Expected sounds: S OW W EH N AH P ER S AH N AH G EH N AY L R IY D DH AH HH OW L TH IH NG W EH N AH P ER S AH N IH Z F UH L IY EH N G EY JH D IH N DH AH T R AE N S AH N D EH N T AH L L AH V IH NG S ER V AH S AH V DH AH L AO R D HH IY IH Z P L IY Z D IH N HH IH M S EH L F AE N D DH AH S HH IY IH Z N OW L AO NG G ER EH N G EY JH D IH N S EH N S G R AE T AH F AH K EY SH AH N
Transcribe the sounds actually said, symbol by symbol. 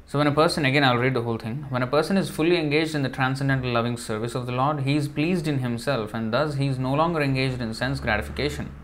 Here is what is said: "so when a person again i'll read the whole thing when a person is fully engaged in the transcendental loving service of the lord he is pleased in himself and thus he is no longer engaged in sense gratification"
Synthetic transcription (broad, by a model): S OW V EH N AH P ER S AH N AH G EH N AY L R IY D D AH HH OW L T IH NG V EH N AH P ER S AH N IH Z F UH L IY EH N G EY JH D IH N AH T R AE N S AH N D EH N T AH L L AH V IH NG S ER V AH S AH V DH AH L AO R D HH IY IH Z P L IY Z D IH N HH IH M S EH L F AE N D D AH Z HH IY IH Z N OW L AO NG G ER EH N G EY JH D IH N S EH N S G R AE T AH F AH K EY SH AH N